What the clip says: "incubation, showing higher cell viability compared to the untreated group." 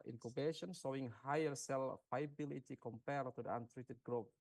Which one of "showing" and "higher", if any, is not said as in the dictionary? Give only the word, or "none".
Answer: showing